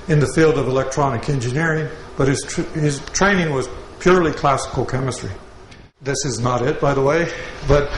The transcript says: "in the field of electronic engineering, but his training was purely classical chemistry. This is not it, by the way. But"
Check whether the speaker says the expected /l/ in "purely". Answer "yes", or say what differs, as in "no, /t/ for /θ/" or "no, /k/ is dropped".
yes